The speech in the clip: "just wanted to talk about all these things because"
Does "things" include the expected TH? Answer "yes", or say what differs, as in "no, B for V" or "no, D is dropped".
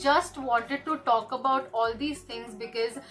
no, T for TH